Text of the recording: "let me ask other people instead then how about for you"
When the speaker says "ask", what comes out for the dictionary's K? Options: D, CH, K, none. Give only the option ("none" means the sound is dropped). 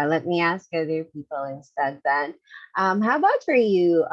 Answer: K